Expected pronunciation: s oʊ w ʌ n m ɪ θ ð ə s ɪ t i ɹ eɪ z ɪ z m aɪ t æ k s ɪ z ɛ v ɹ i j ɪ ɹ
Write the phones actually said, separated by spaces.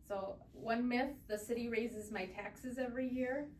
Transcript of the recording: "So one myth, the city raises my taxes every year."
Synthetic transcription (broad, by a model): s oʊ w ʌ n m ɪ θ ð ə s ɪ t i ɹ eɪ z ɪ z m aɪ t æ k s ɪ z ɛ v ɹ i j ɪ ɹ